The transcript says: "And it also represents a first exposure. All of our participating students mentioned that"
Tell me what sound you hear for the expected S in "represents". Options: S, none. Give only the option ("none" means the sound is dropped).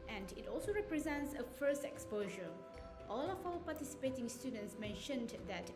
S